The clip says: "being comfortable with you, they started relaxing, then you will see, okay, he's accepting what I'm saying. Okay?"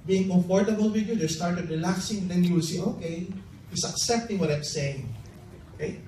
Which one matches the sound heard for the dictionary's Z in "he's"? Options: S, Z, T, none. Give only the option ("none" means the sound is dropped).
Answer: S